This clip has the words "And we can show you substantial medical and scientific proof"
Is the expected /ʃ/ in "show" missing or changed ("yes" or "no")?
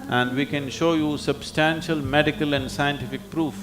no